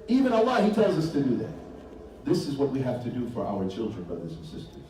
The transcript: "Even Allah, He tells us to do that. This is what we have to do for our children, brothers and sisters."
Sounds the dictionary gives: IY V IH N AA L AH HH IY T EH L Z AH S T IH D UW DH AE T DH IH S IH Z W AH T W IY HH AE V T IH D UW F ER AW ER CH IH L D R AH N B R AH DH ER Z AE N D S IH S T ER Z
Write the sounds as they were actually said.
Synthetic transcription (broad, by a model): IY V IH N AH L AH HH IY T EH L Z AH S T IH D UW DH AE T DH IH S IH Z W AH T W IY HH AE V T IH D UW F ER AW ER CH IH L D R AH N B R AH DH ER Z N S IH S T ER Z